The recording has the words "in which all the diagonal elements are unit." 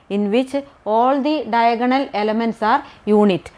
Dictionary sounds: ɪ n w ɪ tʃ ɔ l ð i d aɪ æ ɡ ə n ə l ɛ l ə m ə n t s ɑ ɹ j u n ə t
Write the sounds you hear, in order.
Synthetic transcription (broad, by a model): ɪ n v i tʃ ɔ l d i d aɪ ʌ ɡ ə n ə l ɛ l ə m ə n t s ɑ ɹ j u n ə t